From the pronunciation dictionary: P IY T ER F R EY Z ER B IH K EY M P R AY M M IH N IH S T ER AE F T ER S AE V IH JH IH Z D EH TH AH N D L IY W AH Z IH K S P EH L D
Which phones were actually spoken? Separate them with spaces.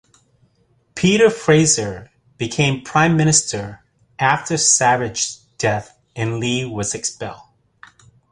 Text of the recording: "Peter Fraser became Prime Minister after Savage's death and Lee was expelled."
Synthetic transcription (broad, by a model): P IY T ER F R EY Z ER B IH K EY M P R AY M M IH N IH S T ER AE F T ER S AE V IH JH D EH TH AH N L IY W AH Z IH K S P EH L D